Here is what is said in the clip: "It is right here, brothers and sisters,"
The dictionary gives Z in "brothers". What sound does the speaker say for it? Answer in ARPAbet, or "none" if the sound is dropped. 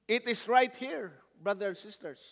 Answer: none